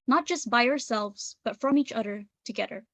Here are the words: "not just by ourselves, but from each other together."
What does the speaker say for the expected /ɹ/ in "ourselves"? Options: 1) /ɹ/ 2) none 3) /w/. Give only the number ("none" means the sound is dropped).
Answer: 1